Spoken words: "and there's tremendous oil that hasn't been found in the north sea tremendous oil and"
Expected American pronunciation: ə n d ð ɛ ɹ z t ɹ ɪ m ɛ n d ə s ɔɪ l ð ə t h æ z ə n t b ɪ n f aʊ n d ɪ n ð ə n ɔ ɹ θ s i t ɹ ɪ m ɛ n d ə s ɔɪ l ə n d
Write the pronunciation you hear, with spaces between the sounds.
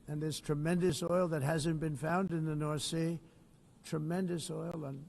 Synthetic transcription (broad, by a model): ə n ð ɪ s t ɹ ɪ m ɛ n d ə s ɔɪ l ð ə t h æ z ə n b ɪ n f aʊ n d ɪ n ð ə n ɔ ɹ θ s i t ɹ ɪ m ɛ n d ə s ɔɪ l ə n